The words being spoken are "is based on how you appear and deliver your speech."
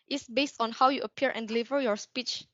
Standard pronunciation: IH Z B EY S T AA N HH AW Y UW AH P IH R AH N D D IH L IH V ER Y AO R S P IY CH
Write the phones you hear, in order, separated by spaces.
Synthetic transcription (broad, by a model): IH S B EY S T AA N HH AW Y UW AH P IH R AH N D D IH L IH V ER Y AO R S P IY CH